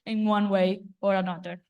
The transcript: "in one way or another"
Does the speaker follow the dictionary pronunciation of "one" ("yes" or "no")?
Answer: yes